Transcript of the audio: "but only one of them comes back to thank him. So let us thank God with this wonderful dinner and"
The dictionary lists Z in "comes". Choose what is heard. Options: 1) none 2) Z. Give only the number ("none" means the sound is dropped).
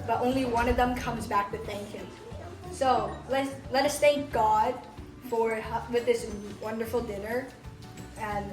2